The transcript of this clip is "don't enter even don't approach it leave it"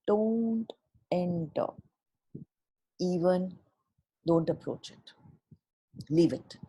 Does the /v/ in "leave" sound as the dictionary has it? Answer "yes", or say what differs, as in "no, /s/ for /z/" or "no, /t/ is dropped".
yes